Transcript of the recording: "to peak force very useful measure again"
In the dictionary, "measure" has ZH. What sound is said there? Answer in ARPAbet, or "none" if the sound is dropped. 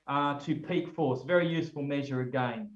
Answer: ZH